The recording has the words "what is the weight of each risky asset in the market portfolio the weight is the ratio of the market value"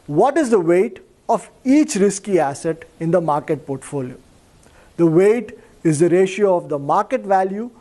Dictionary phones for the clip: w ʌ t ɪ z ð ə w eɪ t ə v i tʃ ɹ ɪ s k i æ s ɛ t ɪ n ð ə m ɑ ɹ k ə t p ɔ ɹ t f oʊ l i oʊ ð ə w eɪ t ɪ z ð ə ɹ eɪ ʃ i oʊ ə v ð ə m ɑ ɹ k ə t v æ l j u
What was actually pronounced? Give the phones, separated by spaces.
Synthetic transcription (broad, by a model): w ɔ t ɪ z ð ə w eɪ t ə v i tʃ ɹ ɪ s k i æ s ɛ t ɪ n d ə m ɑ ɹ k ə t p ɔ ɹ t f oʊ l i oʊ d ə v eɪ t ɪ z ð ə ɹ eɪ ʃ i oʊ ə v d ə m ɑ ɹ k ə t v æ l j u